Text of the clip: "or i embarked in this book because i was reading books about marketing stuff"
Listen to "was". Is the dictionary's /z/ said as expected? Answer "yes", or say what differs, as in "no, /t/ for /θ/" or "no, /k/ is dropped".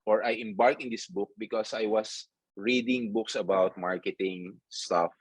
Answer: no, /s/ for /z/